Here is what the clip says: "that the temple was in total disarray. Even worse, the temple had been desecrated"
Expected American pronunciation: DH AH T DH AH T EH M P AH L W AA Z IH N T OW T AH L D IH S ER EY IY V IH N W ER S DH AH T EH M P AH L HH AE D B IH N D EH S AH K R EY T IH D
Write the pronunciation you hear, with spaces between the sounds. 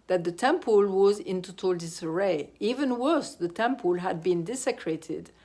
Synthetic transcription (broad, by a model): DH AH T DH AH T EH M P AH L W AA Z IH N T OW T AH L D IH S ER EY IY V IH N W ER S DH AH T EH M P AH L HH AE D B IH N D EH S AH K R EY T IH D